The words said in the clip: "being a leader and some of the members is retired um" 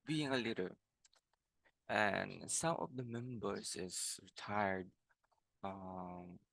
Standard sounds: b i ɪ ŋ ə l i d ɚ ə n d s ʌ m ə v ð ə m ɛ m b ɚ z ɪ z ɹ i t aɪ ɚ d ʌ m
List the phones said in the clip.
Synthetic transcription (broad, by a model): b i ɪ ŋ ə l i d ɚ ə n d s ʌ m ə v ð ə m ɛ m b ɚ s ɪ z ɹ i t aɪ ɚ d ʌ m